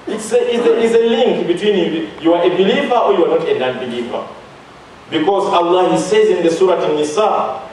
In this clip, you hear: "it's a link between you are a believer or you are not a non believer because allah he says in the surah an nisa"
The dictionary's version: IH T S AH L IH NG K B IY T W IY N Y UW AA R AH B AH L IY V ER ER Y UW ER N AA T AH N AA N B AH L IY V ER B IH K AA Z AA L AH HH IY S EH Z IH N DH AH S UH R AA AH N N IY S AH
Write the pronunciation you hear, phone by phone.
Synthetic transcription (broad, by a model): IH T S AH L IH NG K B IY T W IY N Y UW AA R AH B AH L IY V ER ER Y UW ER N AA T AH N AA N B AH L IY V ER B IH K AA Z AA L AH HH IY S EH Z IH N DH AH S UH R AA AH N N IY S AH